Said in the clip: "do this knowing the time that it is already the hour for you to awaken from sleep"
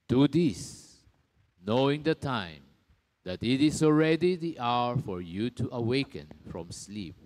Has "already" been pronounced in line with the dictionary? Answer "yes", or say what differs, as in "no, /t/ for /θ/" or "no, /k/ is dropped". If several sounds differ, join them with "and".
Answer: yes